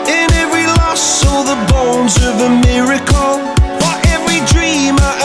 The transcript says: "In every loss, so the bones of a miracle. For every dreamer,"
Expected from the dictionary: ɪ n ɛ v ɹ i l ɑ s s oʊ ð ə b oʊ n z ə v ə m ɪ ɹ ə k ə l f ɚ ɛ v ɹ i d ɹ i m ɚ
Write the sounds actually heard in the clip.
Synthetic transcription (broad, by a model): ɪ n ɛ v ɹ i l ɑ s s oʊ ð ə b oʊ n z ə v ə m ɪ ɹ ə k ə l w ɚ ɛ v ɹ i d ɹ i m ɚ